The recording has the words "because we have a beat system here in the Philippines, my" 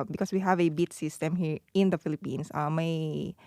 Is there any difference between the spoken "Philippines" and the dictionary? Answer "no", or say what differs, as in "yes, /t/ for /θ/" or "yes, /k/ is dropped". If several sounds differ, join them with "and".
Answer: yes, /s/ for /z/